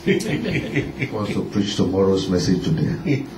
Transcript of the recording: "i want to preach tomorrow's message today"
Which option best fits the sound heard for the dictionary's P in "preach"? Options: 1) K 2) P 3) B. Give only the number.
2